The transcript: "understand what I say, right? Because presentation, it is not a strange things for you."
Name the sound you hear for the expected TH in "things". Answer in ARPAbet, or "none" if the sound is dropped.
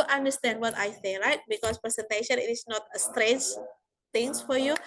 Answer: T